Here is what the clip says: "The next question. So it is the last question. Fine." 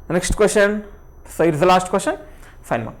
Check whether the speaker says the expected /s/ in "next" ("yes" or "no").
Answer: no